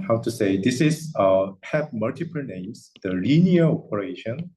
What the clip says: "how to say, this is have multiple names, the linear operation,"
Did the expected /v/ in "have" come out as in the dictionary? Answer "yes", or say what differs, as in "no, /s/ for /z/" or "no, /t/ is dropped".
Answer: no, /p/ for /v/